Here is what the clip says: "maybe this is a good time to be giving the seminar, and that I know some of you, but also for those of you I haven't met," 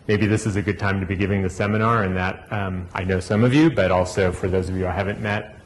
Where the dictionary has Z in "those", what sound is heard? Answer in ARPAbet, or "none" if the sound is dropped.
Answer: Z